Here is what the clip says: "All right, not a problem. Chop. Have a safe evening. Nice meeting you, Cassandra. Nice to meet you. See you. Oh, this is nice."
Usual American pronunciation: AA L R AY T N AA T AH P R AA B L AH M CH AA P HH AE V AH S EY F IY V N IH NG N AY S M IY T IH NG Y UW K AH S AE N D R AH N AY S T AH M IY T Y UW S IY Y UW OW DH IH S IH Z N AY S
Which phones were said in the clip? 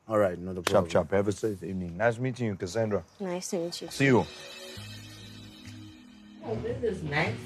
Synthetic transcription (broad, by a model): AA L R AY T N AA AH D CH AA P CH AA P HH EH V AH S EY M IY N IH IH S M IY T IH NG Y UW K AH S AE N D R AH N AY S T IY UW S IY Y UW OW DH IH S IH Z N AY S